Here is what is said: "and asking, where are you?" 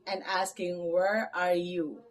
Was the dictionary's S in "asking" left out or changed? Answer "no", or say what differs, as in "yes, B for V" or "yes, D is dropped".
no